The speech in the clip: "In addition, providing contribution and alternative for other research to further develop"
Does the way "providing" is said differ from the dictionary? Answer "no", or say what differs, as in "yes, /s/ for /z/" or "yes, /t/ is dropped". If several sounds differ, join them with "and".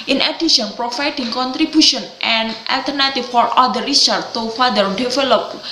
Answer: yes, /f/ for /v/